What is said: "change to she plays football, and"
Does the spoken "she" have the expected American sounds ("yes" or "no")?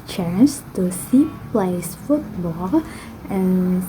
no